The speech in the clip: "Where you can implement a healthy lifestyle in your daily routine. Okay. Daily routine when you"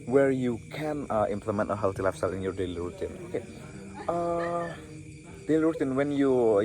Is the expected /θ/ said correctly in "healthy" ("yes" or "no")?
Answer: no